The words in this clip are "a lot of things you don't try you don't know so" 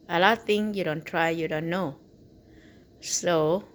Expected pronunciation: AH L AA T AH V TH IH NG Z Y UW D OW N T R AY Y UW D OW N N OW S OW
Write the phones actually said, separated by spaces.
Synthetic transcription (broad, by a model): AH L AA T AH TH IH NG Y UW D OW N T R AY Y UW D OW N N OW S OW